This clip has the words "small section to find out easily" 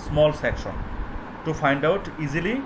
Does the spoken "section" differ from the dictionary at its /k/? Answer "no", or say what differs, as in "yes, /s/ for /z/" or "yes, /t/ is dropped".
no